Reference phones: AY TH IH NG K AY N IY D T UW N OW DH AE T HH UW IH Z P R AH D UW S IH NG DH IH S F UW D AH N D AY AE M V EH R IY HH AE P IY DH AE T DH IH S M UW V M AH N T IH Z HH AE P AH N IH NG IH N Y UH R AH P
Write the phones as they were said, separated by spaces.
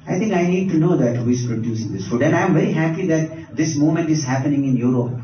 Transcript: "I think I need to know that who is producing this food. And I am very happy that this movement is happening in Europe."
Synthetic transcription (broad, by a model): AY T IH NG K AY N IY D T UW N OW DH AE T HH UW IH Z P R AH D UW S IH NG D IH S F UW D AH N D AY M V EH R IY HH AE P IY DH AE T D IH S M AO M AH N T IH Z HH AE P AH N IH NG IH N Y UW R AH P